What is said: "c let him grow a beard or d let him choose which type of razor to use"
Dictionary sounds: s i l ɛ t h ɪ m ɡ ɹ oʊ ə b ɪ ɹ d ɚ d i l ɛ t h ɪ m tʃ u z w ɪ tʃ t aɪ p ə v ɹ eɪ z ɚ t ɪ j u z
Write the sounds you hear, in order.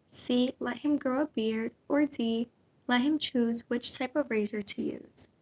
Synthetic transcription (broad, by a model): s i l ɛ t h ɪ m ɡ ɹ oʊ ə b ɪ ɹ d ɚ d i l ɛ t h ɪ m tʃ u z w ɪ tʃ t aɪ p ə v ɹ eɪ z ɚ t ɪ j u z